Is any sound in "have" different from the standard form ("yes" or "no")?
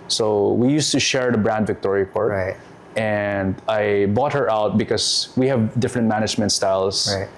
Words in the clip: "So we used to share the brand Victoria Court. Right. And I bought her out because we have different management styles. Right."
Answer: no